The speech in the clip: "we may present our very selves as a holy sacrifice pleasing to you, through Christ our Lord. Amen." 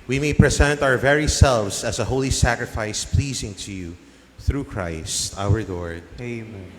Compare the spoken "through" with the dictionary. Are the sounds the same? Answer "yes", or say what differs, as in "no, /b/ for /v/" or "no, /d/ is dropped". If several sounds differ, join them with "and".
yes